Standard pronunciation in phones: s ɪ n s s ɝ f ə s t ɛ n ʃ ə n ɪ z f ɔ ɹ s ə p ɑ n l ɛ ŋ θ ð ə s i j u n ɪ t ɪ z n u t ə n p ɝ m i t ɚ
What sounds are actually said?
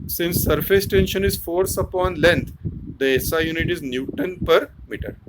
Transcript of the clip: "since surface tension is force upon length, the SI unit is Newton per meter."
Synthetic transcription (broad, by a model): s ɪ n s s ɝ f ə s t ɛ n ʃ ə n ɪ z f ɔ ɹ s ə p ɑ n l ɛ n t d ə s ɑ j u n ɪ t ɪ z n u t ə n p ɝ m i t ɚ